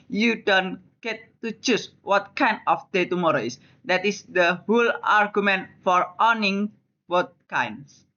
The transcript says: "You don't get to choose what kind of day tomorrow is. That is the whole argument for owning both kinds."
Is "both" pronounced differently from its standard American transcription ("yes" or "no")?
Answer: yes